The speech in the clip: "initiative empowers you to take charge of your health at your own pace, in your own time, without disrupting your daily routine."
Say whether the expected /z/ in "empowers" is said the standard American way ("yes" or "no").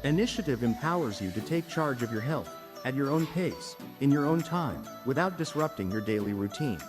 yes